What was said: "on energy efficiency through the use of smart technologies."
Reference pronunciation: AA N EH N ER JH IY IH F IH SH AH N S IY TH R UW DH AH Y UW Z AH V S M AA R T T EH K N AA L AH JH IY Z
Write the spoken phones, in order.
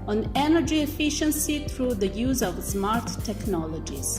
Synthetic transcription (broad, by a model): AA N EH N ER JH IY IH F IH SH AH N S IY T R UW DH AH Y UW Z AH V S M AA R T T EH K N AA L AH JH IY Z